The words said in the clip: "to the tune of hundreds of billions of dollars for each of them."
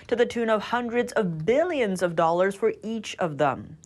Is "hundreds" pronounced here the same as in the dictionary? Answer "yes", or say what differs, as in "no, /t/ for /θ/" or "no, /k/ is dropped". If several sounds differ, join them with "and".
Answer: yes